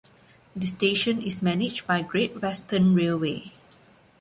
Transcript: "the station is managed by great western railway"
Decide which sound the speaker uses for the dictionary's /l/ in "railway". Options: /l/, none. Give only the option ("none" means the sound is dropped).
/l/